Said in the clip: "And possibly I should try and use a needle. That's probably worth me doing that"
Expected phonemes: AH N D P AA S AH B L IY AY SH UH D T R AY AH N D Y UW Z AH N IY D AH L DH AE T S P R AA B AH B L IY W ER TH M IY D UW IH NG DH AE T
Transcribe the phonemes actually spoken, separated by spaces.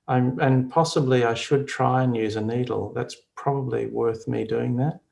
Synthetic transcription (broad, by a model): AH N P AA S AH B L IY AY SH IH D T R AY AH N Y UW Z AH N IY D L DH AE T S P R AA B AH B L IY W ER TH M IY D UW IH NG DH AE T